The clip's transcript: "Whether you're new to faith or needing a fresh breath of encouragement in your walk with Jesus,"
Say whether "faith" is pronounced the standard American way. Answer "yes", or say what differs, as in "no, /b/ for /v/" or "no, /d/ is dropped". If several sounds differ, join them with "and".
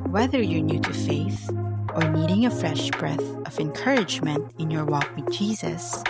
yes